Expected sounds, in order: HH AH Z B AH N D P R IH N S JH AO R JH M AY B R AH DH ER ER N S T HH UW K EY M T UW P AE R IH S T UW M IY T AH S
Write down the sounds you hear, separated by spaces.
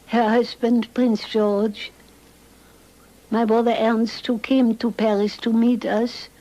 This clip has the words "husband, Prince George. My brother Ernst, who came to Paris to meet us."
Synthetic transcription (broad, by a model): HH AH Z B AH N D P R IH N S JH AO R JH M AY B R AH DH ER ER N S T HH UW K EY M T UW P AE R IH S T UW M IY T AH S